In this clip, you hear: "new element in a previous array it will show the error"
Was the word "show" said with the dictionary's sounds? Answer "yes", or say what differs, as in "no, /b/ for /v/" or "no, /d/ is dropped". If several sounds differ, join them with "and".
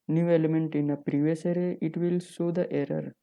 no, /s/ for /ʃ/